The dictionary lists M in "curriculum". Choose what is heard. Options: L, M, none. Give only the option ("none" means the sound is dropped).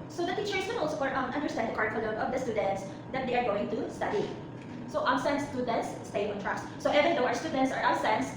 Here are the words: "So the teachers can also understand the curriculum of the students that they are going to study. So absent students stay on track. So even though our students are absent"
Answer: none